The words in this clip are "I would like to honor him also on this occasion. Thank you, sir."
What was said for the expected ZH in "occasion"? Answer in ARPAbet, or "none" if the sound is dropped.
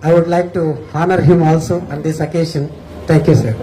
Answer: SH